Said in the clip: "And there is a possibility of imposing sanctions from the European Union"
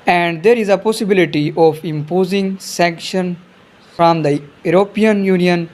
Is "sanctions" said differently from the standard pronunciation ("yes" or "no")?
yes